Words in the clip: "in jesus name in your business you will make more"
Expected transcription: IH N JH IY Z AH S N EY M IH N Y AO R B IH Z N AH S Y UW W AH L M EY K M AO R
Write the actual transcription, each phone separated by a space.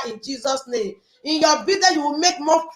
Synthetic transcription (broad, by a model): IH N JH IY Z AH S N EY M IH N Y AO B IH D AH Y UW W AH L M EY K M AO